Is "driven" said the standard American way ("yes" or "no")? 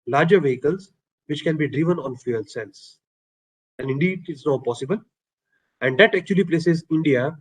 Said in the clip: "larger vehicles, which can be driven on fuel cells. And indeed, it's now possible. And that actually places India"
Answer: yes